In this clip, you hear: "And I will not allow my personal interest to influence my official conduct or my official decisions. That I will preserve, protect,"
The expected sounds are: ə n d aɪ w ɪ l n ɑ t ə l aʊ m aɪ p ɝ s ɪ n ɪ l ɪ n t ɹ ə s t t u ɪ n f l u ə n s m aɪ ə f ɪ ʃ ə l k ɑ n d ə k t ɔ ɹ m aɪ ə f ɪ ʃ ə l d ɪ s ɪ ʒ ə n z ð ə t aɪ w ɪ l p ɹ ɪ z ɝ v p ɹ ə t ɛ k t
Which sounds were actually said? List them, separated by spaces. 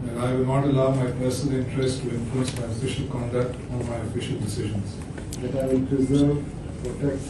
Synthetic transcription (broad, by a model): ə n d aɪ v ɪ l n ɑ t ə l aʊ m aɪ p ɝ s ɪ n ɪ l ɪ n t ɹ ə s t t u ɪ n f u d s m aɪ ə f ɪ ʃ ə l k ɑ n d ə k t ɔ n m aɪ ə f ɪ ʃ ə l d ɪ s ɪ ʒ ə n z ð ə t aɪ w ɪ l p ɹ ɪ z ɝ v p ɹ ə t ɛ k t